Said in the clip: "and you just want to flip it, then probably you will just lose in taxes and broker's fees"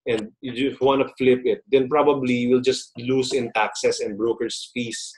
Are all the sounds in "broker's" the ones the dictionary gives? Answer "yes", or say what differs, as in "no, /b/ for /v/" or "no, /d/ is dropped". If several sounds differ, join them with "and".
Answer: no, /s/ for /z/